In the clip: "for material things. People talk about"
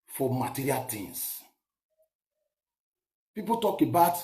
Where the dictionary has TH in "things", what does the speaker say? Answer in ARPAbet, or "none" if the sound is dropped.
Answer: T